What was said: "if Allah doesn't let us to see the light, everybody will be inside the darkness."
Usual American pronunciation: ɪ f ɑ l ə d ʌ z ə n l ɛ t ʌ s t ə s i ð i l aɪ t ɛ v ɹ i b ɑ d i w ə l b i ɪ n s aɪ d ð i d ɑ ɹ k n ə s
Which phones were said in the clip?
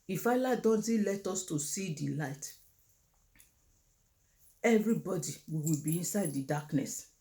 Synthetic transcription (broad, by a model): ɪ f ɑ l ə d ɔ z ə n l ɛ t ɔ s t ə s i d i l aɪ t ɛ v ɹ i b ɑ d i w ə w b i ɪ n s aɪ d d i d ɑ k n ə s